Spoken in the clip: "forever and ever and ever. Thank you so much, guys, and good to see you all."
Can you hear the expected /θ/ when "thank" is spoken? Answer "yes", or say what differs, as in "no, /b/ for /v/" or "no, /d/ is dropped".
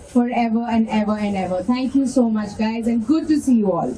no, /t/ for /θ/